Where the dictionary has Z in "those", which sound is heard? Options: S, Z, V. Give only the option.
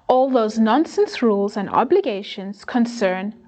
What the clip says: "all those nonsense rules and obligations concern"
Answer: Z